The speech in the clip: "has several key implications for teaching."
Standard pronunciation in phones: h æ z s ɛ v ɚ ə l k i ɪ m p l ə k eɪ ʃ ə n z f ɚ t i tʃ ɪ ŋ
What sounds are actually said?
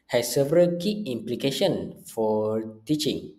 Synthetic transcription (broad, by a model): h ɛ s ɛ v ɚ ə l k i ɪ m p l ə k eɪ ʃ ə n f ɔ t i tʃ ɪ ŋ